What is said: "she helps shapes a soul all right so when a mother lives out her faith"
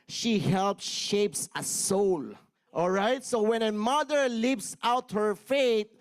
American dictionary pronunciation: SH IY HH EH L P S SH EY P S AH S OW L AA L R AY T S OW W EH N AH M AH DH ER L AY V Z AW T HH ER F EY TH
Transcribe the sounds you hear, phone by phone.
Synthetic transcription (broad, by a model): SH IY HH EH L P S SH EY P S AH S OW L AA L R AY T S OW W EH N AH M AH DH ER L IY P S AW T HH ER F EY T